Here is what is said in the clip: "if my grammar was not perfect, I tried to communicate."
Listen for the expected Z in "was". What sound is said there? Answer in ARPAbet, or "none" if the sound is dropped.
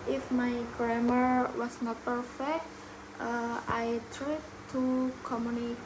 S